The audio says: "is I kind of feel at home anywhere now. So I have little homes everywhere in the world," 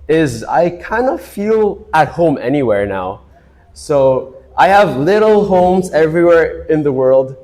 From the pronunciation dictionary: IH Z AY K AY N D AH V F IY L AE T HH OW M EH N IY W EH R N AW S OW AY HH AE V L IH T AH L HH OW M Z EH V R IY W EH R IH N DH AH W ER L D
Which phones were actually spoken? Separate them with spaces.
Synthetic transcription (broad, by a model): IH Z AY K AY N D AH F IY L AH T HH OW M EH N IY W EH R N AW S OW AY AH V L IH T L HH OW M Z EH V R IY W EH R IH N DH AH W ER L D